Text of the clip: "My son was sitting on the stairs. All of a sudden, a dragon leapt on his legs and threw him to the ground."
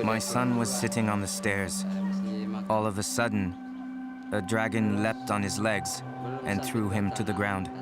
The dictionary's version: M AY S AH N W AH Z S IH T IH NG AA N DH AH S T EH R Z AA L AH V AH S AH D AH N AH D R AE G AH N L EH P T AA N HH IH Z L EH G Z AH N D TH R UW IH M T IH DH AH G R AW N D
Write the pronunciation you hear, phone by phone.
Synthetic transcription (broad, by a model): M AY S AH N W AH Z S IH T IH NG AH N DH AH S T EH R Z AA L AH V AH S AH D N AH D R AE G AH N L EH P T N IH Z L EH G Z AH N TH R UW IH M T IH DH AH G R AW N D